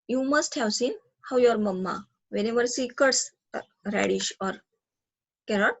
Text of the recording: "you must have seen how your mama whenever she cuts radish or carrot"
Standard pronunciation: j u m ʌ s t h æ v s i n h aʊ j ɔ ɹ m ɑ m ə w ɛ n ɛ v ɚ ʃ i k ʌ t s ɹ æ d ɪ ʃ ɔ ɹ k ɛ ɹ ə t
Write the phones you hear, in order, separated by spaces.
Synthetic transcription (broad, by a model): j u m ʌ s t h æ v s i n h aʊ j ɔ ɹ m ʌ m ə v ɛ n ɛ v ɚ s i k ʌ t s ɹ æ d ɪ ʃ ɔ ɹ k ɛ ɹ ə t